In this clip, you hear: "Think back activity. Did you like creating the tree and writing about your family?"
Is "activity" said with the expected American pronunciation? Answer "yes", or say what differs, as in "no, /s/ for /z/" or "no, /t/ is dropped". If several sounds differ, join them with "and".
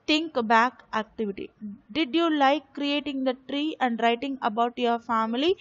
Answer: yes